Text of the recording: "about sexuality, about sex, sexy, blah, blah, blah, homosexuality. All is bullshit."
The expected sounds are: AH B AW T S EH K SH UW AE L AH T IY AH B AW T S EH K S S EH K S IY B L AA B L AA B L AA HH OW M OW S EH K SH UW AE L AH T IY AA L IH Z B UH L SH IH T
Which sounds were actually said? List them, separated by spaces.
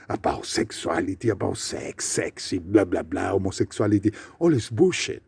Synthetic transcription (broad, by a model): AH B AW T S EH K S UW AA L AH T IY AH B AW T S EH K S S EH K S IY B L AA B L AA B L AA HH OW M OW S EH K S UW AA L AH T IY AA L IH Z B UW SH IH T